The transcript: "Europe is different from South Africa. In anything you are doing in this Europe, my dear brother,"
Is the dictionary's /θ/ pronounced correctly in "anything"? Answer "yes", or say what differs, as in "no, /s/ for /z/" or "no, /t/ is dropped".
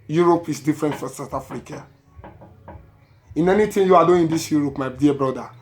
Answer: no, /t/ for /θ/